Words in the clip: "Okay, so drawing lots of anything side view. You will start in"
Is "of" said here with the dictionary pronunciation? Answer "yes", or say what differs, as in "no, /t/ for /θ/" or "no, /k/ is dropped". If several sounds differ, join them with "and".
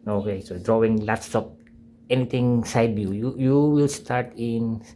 no, /p/ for /v/